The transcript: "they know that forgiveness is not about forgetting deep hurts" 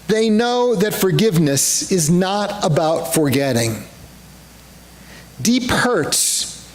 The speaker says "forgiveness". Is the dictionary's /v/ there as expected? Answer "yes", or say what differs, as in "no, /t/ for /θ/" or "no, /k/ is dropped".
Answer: yes